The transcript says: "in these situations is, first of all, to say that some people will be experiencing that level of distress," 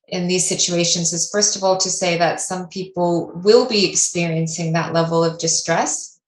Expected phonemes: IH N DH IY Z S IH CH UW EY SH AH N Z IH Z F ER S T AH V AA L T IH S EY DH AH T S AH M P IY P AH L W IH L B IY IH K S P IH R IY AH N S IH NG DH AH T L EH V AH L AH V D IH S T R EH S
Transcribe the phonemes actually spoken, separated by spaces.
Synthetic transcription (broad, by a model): IH N DH IY Z S IH CH UW EY SH AH N Z IH Z F ER S T AH V AA L T IH S EY DH AH T S AH M P IY P L W IH L B IY IH K S P IH R IY AH N S IH NG DH AH T L EH V L AH V D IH S T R EH S